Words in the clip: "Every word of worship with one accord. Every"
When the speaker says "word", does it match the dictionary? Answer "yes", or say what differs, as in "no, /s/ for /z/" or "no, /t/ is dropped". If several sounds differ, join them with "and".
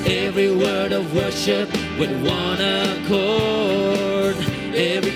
yes